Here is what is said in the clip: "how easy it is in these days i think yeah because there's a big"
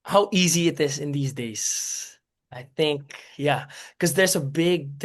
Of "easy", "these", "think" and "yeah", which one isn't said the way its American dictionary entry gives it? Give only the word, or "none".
none